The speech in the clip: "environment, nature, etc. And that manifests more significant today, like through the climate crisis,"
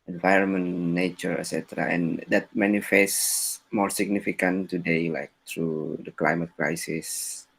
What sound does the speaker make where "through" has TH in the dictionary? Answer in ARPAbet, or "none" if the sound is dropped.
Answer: T